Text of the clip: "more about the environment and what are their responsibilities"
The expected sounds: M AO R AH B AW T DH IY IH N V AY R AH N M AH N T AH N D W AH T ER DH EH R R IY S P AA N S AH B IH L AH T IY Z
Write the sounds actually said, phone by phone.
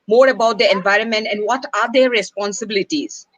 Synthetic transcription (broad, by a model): M AO R AH B AW T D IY IH N V AY R AH N M AH N T AH N D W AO T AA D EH R R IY S P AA N S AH B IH L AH T IY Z